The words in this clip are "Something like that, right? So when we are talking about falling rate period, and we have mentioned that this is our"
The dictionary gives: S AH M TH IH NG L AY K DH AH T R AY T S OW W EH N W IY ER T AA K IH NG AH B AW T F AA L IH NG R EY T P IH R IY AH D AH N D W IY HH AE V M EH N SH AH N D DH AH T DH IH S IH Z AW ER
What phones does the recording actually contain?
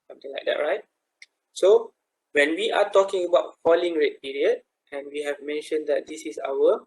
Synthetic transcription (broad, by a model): S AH M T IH NG L AY K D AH T R AY T S OW W EH N W IY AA T AA K IH NG AH B AW T F AA L IH NG R EY T P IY R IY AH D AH N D W IY HH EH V M EH N SH AH N D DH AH T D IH S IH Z AW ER